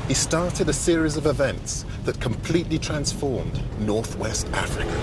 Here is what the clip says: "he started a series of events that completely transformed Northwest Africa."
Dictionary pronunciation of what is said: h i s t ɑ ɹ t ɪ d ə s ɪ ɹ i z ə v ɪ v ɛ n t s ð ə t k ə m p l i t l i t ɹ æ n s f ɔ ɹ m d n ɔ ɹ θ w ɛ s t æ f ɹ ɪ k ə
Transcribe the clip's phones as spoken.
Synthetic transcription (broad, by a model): h i s t ɑ ɹ t ɪ d ə s ɪ ɹ i z ə v ɪ v ɛ n t s ð ə t k ə m p l i t l i t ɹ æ n s f ɔ ɹ m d n ɔ ɹ θ w ɛ s t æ f ɹ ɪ k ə